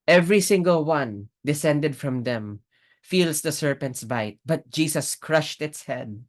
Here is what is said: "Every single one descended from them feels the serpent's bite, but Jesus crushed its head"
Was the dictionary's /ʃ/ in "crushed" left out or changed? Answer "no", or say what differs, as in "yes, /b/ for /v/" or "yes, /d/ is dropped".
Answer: no